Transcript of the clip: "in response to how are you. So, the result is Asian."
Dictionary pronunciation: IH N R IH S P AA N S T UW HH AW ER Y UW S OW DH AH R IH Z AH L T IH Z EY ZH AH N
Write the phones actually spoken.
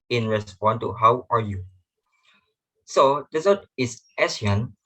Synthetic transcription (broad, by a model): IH N R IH S P AA N T UW HH AW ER Y UW S OW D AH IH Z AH T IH S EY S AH N